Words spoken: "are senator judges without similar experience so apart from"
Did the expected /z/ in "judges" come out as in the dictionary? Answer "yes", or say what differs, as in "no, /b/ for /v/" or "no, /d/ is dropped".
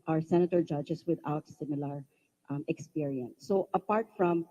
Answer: no, /s/ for /z/